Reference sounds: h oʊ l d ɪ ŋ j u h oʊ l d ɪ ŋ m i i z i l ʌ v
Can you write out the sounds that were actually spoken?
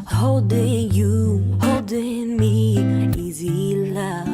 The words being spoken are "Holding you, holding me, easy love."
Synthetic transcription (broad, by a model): h oʊ l d ɪ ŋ j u h oʊ l d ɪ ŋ m i i z i l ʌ